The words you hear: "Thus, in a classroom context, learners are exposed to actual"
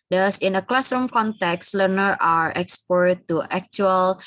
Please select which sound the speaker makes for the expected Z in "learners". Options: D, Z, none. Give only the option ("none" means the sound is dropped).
none